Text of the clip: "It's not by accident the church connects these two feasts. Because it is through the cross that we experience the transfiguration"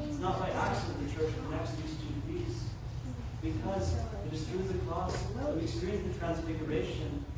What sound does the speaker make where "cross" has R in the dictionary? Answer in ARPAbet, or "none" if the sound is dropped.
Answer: L